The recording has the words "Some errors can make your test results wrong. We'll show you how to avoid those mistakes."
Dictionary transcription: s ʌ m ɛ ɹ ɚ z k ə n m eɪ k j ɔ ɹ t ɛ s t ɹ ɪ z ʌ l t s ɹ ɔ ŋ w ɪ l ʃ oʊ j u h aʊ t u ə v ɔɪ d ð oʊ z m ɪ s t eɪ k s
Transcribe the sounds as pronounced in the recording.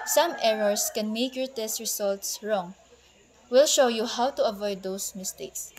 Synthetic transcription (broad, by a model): s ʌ m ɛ ɹ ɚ s k ə n m eɪ k j ɔ ɹ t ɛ s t ɹ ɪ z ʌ l t s ɹ ɔ ŋ w ɪ l ʃ oʊ j u h aʊ t u ə v ɔɪ d oʊ s m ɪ s t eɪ k s